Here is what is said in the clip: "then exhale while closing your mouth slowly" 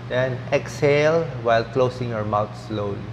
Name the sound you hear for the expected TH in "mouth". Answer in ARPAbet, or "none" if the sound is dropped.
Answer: T